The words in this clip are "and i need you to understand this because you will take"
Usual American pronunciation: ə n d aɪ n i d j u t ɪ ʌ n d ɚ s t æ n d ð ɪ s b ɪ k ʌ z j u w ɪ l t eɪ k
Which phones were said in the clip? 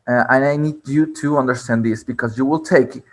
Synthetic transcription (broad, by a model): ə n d aɪ n i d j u t ɪ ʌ n d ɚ s t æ n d ð ɪ s b ɪ k ʌ z j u w ɪ l t eɪ k